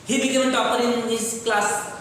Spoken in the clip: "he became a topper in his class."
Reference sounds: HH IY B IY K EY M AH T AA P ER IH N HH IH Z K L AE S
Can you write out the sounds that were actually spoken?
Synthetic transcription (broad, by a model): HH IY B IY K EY AH T AA P ER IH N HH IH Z K L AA S